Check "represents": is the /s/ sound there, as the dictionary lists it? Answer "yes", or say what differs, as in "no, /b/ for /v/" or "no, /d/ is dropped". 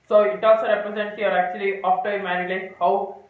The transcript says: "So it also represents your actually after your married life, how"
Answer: no, /s/ is dropped